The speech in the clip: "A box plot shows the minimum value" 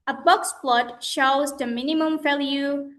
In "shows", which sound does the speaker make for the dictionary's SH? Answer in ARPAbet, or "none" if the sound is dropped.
SH